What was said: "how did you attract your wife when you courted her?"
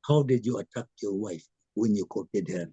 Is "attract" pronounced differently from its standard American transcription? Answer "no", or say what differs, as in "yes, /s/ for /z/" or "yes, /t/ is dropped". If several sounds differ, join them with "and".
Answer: yes, /ɹ/ is dropped